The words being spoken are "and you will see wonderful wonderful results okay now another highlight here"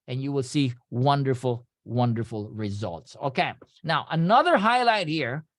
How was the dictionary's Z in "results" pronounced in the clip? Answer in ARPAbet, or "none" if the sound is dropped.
Z